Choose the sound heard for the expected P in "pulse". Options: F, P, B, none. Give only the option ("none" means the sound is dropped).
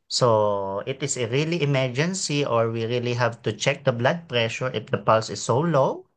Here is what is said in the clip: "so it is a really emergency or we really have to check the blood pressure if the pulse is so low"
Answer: P